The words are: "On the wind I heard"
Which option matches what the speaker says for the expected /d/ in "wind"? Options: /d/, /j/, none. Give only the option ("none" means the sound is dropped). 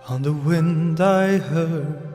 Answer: /d/